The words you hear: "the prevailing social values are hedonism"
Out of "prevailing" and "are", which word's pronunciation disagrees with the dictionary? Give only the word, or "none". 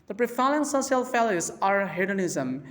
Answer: prevailing